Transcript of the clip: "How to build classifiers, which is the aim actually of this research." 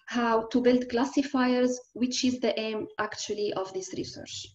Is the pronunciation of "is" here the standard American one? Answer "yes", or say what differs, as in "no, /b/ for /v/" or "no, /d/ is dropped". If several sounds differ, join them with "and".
yes